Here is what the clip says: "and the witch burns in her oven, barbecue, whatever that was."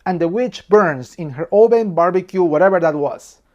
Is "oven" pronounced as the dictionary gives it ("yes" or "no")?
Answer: no